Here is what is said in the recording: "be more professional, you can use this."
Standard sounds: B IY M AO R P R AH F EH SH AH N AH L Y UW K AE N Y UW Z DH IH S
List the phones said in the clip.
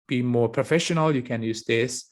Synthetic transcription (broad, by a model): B IY M AO R P R AH F EH SH AH N AH L Y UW K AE N Y UW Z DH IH S